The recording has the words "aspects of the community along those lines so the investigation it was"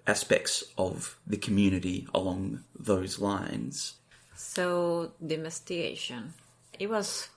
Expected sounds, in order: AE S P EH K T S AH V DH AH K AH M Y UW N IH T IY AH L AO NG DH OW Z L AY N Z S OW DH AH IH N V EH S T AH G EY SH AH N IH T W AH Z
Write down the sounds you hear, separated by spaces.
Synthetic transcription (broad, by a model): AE S P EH K T S AH V DH AH K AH M Y UW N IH T IY AH L AO NG DH OW Z L AY N Z S OW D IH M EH S T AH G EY SH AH N IH T W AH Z